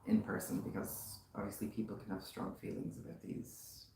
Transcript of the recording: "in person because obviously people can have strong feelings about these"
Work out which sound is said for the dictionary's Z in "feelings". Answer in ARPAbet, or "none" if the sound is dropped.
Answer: Z